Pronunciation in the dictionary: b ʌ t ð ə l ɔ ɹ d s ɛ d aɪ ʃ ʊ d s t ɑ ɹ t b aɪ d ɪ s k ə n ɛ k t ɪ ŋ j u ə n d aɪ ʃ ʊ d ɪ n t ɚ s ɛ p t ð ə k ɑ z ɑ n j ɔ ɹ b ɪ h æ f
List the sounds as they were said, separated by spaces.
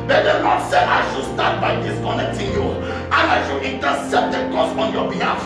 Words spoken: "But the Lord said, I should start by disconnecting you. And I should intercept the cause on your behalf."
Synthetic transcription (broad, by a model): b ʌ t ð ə n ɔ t s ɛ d aɪ ʃ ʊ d s t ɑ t b aɪ d ɪ s k ə n ɛ k t ɪ ŋ j u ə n aɪ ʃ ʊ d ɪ n t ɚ s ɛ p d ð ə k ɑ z ɑ n j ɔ b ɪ h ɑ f